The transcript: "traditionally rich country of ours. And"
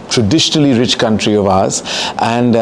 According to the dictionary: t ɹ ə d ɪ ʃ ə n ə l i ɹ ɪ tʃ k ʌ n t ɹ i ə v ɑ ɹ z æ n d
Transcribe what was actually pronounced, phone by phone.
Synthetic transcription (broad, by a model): t ɹ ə d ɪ ʃ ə n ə l i ɹ ɪ tʃ k ʌ n t ɹ i ə v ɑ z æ n d